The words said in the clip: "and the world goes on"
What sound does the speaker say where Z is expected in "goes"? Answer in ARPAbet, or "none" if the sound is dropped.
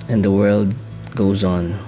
Z